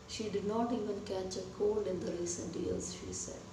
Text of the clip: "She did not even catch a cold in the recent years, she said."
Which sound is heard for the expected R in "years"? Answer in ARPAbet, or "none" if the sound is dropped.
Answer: L